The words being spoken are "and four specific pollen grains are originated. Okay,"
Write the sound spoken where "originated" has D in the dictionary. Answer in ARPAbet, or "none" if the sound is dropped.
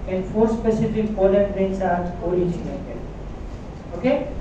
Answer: none